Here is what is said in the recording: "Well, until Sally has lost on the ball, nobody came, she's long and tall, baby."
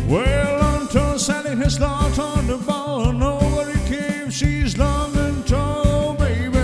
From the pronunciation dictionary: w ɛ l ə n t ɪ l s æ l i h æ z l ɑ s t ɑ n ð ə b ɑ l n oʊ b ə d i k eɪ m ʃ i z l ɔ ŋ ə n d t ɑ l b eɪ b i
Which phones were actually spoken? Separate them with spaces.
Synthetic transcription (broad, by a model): w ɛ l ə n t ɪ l s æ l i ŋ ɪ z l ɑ t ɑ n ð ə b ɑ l n oʊ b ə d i k eɪ m ʃ i z l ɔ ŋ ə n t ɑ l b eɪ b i